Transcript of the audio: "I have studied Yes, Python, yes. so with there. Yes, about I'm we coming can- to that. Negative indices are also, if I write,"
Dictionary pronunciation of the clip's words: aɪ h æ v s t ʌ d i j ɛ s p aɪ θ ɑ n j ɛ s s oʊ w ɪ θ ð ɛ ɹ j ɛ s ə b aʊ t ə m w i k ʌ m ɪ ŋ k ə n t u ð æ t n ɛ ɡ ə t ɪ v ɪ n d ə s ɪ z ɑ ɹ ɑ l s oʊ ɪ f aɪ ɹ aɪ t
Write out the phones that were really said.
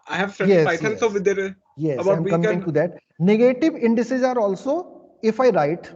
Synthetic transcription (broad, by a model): aɪ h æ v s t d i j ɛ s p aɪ t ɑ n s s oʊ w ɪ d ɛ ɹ j ɛ s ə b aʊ ə m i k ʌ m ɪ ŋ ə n t u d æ t n ɛ ɡ ə t ɪ v ɪ n d ə s ɪ z ɑ ɹ ɑ l s oʊ ɪ f aɪ ɹ aɪ t